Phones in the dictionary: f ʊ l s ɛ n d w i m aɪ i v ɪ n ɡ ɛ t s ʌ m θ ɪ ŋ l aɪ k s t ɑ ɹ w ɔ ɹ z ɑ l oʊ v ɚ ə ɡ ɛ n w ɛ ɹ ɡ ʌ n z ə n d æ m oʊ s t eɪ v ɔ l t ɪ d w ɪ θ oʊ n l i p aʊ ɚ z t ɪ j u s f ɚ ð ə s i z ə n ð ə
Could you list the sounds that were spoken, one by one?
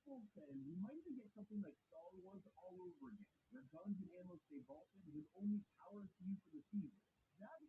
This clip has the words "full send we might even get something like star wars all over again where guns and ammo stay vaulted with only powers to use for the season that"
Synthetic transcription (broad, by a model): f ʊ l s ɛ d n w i m aɪ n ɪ ɡ ɛ t s ʌ m θ ɪ ŋ l aɪ k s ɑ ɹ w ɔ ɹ z ɑ l oʊ v ɚ ə ɡ ɛ n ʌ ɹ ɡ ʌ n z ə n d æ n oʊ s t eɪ b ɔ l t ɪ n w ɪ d oʊ n l i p aʊ ɚ t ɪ j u f ɚ ð ə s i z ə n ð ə